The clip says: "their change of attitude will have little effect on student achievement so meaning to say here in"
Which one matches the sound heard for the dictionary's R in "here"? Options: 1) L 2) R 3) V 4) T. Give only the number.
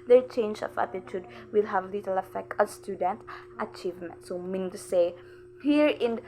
2